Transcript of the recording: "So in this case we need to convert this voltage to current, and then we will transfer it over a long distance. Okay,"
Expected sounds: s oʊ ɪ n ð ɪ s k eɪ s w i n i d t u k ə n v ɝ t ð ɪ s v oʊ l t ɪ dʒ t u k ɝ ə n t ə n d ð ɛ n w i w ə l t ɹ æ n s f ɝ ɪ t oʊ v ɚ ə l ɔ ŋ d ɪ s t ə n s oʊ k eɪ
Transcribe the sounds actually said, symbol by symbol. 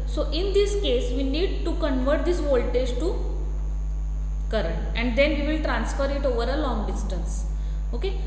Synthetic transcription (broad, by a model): s oʊ ɪ n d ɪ s k eɪ s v i n i d t u k ə n v ɝ t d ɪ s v oʊ l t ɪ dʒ t u k ɝ ə n t ə n d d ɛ n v i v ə l t ɹ æ n s f ɝ ɪ t oʊ v ɚ ə l ɔ ŋ d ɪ s t ə n s oʊ k eɪ